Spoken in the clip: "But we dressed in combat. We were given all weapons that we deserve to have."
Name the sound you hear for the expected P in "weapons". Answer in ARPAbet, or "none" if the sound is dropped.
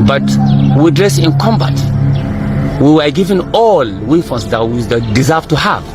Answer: F